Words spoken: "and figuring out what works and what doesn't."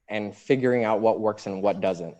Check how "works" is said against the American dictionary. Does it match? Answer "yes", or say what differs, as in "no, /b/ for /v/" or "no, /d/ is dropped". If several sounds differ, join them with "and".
yes